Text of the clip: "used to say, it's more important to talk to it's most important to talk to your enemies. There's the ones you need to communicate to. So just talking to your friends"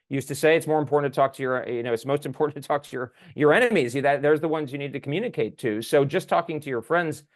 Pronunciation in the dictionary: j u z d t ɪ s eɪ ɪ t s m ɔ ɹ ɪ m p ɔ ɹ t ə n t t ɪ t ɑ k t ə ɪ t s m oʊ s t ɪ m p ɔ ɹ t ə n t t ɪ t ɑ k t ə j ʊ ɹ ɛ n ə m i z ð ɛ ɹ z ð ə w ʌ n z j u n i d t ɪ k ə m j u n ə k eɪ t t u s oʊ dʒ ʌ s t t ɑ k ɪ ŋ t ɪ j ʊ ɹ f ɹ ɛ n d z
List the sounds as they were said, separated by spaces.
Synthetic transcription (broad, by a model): j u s t ɪ s eɪ ɪ t s m ɔ ɹ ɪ m p ɔ ɹ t n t t ɪ t ɑ k t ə ɪ t s m oʊ s t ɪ m p ɔ ɹ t n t t ɪ t ɑ k t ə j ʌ ɹ ɛ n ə m i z ð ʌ ɹ z ð ə w ʌ n z j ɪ n i d t ɪ k m j u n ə k eɪ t t u s oʊ dʒ ʌ s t t ɑ k ɪ ŋ t ɪ j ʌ ɹ f ɹ ɛ n d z